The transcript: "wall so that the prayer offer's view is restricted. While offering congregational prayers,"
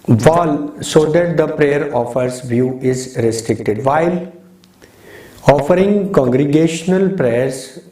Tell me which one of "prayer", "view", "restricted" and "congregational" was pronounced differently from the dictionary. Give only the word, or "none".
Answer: none